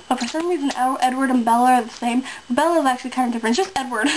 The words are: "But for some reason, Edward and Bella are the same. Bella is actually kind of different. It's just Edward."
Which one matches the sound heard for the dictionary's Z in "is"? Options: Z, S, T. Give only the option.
Z